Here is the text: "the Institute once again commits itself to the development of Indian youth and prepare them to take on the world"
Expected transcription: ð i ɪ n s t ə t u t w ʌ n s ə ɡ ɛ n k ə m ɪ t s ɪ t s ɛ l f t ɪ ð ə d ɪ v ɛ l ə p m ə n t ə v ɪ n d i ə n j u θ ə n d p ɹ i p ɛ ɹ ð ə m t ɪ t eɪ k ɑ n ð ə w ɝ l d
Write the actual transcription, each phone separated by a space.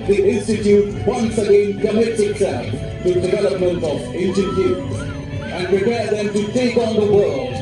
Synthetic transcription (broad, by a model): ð i ɪ n s t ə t u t w ʌ n s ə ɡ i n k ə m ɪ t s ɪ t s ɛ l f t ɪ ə d ɪ v ɛ l ə p m ə n t ə v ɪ n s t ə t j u s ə n p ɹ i p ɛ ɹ ð ə m t ɪ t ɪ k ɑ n ð ə w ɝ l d